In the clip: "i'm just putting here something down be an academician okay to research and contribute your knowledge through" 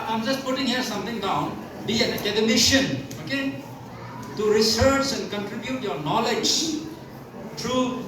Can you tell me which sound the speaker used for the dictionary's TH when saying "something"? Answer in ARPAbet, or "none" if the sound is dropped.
T